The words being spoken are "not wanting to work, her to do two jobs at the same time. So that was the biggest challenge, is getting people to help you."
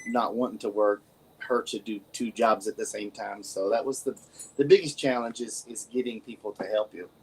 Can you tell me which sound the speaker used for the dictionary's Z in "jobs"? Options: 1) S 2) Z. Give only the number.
2